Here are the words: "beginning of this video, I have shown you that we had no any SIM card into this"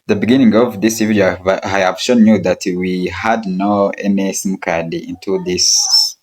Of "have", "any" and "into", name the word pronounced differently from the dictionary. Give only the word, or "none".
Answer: have